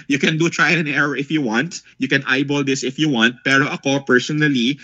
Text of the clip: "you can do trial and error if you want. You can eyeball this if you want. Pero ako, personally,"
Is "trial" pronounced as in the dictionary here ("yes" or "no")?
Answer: no